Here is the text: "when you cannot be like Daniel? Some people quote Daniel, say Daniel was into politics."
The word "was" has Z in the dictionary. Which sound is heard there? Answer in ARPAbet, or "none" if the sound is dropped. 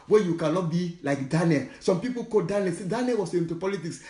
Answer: S